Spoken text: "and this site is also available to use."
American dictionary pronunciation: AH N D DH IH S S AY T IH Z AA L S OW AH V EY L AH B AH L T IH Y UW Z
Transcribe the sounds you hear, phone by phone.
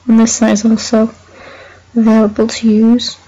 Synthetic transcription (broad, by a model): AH N DH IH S S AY IH Z AA L S OW AH V EY L AH B AH L T IH Y UW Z